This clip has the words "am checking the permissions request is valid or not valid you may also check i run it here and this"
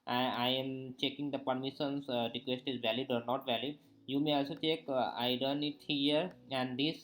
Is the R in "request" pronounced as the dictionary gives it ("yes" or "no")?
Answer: yes